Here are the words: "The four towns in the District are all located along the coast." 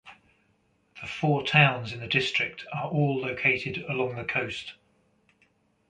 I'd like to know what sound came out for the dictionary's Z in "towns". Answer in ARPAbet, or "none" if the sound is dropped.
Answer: Z